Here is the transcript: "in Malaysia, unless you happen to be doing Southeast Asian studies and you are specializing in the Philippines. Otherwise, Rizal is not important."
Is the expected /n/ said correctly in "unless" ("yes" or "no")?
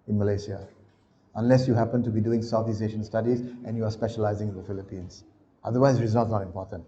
yes